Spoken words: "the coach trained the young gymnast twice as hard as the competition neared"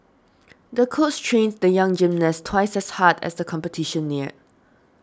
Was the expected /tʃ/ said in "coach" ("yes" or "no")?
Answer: no